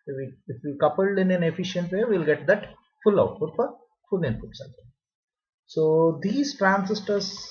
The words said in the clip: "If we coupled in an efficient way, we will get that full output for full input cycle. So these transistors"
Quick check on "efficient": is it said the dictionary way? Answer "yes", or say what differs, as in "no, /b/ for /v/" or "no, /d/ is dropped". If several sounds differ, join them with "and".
yes